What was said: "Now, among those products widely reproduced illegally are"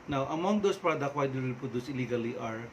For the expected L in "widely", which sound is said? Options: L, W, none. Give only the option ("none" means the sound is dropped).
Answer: none